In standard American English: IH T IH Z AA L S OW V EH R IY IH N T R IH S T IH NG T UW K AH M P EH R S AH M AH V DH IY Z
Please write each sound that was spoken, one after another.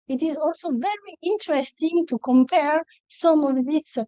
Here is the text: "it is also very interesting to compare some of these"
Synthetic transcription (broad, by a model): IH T IH Z AA L S OW V EH R IY IH N T R IH S T IH NG T UW K AH M P EH R S AH M AH V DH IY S